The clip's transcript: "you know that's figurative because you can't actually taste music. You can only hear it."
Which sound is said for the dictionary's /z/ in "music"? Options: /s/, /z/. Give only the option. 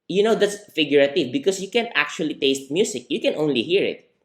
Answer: /s/